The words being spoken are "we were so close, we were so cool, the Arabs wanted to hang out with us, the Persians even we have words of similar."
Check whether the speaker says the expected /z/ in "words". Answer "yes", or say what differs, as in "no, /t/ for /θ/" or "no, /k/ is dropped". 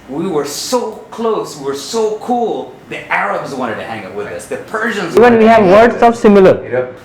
no, /s/ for /z/